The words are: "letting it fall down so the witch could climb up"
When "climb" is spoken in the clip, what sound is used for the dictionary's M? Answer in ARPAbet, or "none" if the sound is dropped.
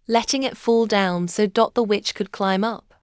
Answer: M